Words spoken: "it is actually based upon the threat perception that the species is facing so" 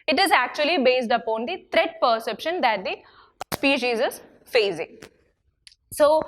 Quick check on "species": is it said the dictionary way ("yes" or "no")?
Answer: yes